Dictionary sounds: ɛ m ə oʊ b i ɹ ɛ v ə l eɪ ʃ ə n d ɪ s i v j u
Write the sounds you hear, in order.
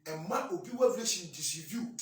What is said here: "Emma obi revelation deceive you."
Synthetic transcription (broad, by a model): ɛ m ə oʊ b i w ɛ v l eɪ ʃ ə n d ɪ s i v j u